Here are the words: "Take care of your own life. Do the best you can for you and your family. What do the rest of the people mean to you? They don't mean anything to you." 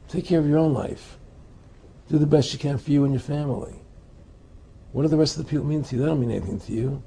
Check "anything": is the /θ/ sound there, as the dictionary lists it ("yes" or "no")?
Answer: yes